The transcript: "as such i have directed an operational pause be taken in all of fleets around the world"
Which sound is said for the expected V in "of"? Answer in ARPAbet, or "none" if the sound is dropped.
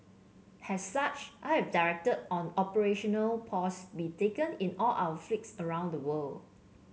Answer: W